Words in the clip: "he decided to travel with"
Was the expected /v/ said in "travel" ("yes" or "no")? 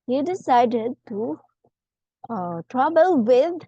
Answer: no